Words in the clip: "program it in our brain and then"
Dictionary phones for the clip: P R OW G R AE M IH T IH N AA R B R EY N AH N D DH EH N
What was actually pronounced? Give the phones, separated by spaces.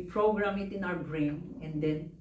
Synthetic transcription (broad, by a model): P R OW G R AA M IH T IH N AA W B R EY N AH N D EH N